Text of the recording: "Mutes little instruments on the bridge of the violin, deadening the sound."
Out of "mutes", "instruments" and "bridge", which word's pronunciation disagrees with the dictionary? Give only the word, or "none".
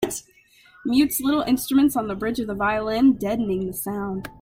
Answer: none